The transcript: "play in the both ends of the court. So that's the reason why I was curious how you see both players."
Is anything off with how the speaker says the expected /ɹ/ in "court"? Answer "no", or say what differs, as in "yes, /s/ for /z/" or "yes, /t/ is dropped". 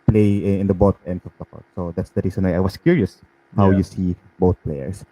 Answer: yes, /l/ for /ɹ/